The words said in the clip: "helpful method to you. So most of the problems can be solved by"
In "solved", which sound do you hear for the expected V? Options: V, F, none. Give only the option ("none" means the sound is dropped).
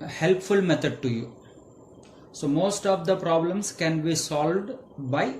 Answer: V